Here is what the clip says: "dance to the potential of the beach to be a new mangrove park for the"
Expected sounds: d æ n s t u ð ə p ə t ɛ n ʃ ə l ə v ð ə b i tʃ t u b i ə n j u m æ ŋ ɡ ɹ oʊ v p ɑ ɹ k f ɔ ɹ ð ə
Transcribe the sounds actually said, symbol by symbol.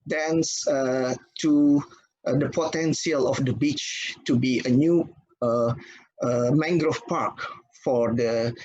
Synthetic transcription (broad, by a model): d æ n s t u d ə p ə t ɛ n s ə l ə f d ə b i tʃ t u b i ə n j u m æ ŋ ɡ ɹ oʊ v p ɑ ɹ k f ɔ ɹ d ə